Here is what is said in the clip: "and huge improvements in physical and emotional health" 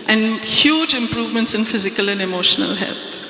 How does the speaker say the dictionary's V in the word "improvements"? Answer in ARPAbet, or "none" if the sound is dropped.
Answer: V